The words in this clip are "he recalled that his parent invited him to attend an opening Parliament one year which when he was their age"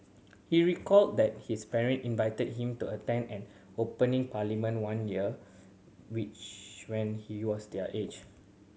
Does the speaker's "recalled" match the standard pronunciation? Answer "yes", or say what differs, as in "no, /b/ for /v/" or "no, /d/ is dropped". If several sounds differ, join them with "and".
yes